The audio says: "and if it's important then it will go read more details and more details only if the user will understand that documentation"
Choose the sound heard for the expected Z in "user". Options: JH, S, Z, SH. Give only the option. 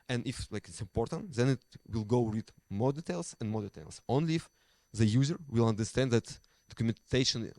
Z